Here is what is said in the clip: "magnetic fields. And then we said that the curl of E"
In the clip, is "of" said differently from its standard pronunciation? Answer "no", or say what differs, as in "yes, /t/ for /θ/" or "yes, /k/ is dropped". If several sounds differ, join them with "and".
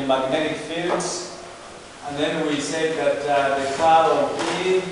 yes, /p/ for /v/